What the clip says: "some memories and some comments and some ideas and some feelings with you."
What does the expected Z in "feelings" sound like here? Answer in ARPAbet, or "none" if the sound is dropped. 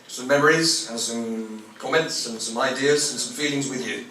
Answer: Z